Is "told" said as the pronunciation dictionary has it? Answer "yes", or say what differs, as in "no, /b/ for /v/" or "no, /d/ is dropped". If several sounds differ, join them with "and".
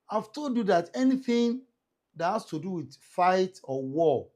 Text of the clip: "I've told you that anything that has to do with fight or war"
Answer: no, /l/ is dropped